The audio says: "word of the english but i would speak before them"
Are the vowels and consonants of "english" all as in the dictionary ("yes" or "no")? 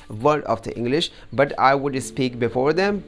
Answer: yes